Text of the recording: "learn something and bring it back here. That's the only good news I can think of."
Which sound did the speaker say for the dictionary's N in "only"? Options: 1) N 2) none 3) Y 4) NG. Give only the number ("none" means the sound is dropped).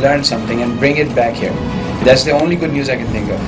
1